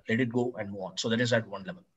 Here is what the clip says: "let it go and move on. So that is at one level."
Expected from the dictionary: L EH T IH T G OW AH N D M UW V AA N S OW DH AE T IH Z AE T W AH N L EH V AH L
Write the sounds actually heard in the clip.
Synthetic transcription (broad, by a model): L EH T IH T G OW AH N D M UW AA N S OW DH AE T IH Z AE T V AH N L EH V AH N